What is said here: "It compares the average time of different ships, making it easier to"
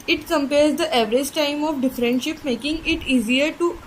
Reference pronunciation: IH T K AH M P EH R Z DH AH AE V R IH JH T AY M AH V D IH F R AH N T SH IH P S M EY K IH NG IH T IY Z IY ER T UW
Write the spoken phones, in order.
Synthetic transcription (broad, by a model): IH T K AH M P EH R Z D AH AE V R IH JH T AY M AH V D IH F R AH N T SH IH P M EY K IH NG IH T IY Z IY ER T UW